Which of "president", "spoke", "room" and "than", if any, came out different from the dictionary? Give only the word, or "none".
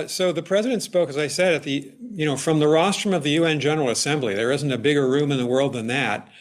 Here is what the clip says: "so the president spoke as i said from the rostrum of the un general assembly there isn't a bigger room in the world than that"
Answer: none